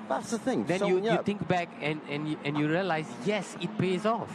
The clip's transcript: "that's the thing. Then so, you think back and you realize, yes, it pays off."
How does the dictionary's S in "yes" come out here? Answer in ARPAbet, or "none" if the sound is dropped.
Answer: S